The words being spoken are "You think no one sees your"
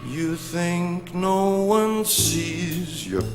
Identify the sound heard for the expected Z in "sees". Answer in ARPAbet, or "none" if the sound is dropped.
Z